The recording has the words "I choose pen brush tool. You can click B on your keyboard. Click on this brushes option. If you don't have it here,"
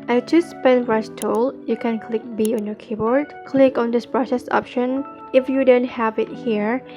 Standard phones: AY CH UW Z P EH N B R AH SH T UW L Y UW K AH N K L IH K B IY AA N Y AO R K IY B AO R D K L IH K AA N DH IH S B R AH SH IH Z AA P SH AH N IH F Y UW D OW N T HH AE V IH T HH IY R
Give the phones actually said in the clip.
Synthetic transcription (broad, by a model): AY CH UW S P EH N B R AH S T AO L Y UW K AH N K L IH K B IY AA N Y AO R K IY B AO R D K L IH K AA N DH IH S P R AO S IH S AA P SH AH N IH F Y UW D OW N T HH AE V IH T HH IY R